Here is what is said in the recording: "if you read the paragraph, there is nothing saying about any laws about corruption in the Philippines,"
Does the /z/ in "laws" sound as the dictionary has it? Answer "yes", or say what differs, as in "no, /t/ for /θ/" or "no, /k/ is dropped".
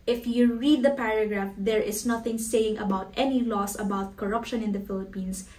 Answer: no, /s/ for /z/